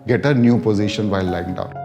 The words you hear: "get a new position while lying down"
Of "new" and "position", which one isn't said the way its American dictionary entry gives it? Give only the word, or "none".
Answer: none